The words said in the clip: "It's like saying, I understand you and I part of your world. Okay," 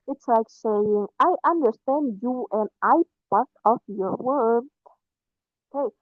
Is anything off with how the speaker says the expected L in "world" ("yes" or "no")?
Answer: yes